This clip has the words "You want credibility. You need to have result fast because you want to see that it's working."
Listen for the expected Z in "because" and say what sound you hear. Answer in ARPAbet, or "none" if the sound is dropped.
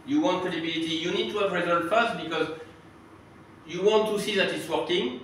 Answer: Z